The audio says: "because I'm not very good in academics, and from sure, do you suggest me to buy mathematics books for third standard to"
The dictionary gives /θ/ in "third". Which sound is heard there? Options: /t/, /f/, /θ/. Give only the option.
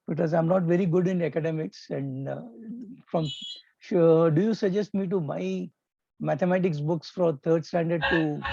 /t/